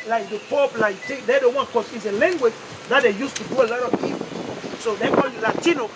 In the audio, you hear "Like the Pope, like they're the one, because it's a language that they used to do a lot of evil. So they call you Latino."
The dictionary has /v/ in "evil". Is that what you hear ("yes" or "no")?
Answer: no